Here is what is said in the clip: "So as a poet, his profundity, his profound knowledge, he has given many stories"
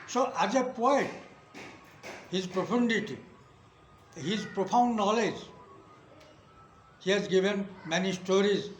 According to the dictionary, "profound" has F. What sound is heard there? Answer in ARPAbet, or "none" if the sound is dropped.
P